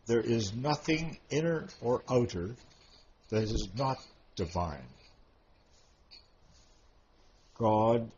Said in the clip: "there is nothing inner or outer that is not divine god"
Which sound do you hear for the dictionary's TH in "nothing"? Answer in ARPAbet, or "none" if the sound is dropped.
TH